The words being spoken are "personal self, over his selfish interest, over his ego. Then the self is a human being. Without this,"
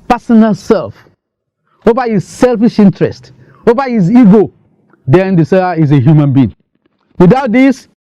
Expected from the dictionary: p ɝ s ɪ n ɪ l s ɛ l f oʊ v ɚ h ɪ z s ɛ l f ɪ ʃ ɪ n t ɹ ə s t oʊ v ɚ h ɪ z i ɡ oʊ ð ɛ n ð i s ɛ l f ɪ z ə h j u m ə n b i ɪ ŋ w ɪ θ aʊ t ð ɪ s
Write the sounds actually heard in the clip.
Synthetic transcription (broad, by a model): p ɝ s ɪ n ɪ l s ɛ l f oʊ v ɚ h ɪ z s ɛ l f ɪ ʃ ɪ n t ɹ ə s t oʊ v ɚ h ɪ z i ɡ oʊ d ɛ n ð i s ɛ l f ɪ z ə h j u m ə n b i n w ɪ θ aʊ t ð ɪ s